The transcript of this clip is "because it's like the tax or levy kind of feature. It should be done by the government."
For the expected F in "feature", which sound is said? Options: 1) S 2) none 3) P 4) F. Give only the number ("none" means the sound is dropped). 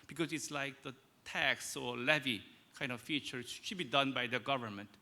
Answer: 4